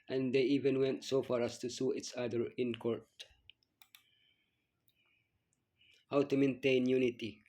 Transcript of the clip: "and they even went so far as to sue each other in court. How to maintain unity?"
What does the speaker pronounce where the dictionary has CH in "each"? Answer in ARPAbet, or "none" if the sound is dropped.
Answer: S